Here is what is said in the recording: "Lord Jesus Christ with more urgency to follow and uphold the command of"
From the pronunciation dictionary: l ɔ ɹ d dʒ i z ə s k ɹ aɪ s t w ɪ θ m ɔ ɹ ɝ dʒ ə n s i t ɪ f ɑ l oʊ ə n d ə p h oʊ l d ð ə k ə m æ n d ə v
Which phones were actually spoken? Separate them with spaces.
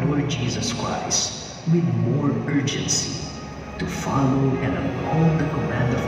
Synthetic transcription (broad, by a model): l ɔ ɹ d dʒ i z ə s k ɹ aɪ s t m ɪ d m ɔ ɹ ɝ dʒ ə n s i t ɪ f ɑ l oʊ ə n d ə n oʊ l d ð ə k ə m æ n d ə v